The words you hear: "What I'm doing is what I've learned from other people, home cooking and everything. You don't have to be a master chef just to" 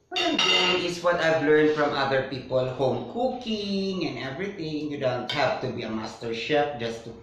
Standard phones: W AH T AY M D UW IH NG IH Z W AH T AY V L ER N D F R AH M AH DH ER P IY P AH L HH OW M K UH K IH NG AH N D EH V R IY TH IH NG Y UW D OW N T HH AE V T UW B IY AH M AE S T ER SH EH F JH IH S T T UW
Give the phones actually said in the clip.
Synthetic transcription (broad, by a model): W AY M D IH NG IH S W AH T AY V L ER N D F R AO M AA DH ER P IY P AH L HH OW M K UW K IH NG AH N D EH V R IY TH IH NG Y UW D OW N T HH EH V T UW B IY AH M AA S T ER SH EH P JH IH S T T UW